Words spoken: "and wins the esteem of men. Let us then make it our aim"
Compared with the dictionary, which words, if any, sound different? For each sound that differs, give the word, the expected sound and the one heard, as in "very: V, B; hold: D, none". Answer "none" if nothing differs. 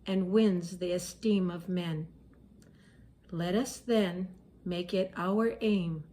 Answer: none